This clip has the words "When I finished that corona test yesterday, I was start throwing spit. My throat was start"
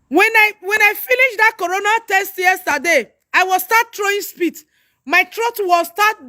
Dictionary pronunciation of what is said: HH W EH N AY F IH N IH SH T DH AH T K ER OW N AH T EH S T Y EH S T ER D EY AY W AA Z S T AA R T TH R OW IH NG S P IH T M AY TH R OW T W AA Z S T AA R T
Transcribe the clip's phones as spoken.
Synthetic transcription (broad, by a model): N W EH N AY F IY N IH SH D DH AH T K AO OW N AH T EH S T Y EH S T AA D EY AY W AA S T AA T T R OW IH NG S P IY T M AY T R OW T W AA S T AA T